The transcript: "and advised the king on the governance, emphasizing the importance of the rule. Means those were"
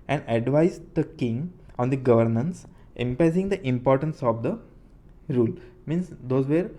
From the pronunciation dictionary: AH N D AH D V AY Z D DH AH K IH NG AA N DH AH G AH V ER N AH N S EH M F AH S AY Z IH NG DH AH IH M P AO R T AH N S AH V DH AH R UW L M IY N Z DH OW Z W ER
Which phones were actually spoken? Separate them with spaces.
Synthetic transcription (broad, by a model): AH N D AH D V AY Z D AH K IH NG AA N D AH G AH V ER N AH N S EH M P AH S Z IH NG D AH IH M P AO R T AH N S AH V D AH R UW L M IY N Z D OW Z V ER